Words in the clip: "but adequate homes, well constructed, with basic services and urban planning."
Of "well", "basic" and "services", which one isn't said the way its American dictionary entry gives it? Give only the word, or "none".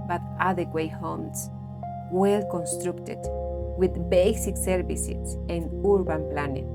services